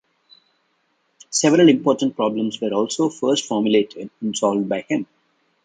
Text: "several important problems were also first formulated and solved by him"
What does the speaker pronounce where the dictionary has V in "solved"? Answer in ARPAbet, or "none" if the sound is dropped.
V